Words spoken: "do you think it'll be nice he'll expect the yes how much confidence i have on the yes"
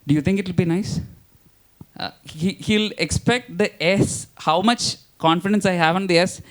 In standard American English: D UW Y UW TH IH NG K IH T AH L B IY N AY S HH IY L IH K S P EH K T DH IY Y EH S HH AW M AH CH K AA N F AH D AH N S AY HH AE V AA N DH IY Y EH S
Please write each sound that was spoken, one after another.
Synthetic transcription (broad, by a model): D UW Y UW T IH NG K IH T AH L B IY N AY S HH IY L IH K S P EH K T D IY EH S HH AW M AH CH K AA N F AH D AH N S AY HH AE V AA N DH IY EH S